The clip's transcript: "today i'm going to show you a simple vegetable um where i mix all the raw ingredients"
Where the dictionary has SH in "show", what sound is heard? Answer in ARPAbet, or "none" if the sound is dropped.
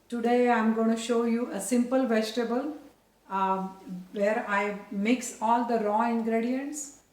SH